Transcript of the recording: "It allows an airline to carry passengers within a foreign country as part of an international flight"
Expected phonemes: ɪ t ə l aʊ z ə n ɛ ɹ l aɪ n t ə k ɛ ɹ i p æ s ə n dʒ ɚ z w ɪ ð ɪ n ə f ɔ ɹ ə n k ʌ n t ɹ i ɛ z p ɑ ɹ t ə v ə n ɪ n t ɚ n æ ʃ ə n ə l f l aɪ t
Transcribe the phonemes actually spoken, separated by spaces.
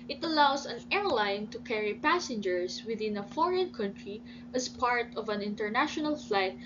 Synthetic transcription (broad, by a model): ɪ t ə l aʊ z ə n ɛ ɹ l aɪ n t ə k ɛ ɹ i p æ s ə n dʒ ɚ s w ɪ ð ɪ n ə f ɔ ɹ ə n k ʌ n t ɹ i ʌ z p ɑ ɹ t ə v ə n ɪ n t ɚ n æ ʃ ə n ə l f l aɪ t